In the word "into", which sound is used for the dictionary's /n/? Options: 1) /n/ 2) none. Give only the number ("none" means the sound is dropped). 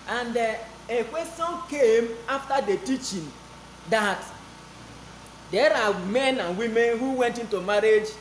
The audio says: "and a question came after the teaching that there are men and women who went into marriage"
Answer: 1